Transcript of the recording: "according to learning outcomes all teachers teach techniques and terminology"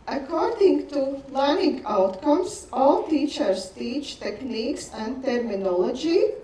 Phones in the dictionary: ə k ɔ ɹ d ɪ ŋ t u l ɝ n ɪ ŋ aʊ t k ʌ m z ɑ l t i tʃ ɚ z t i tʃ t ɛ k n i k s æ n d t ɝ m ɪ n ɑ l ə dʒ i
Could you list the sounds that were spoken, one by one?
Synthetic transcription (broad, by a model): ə k ɔ ɹ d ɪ ŋ t u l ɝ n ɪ ŋ aʊ t k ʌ m s ɑ l t i tʃ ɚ s t i tʃ t ɛ k n i k s æ n d t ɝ m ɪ n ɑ l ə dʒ i